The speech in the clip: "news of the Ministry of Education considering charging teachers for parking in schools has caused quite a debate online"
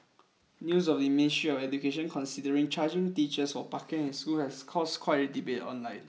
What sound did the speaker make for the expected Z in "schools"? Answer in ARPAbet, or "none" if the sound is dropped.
none